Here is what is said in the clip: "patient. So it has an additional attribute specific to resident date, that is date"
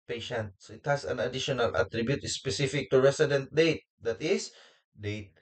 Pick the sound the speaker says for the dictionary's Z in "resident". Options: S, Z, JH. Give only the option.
S